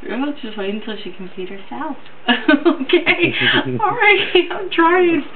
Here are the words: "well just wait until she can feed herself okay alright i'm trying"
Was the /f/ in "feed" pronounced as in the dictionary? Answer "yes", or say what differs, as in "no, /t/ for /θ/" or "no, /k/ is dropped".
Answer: no, /p/ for /f/